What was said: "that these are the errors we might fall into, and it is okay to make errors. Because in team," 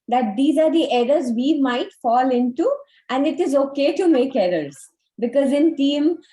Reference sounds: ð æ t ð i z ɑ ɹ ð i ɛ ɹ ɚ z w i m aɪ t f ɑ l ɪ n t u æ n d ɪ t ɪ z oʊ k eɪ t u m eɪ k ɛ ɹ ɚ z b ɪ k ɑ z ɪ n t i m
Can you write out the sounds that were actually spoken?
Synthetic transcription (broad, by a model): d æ t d i z ɑ ɹ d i ɛ ɹ ɚ z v i m aɪ t f ɑ l ɪ n t u æ n d ɪ t ɪ z oʊ k eɪ t u m eɪ k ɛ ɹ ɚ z b ɪ k ɑ z ɪ n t i m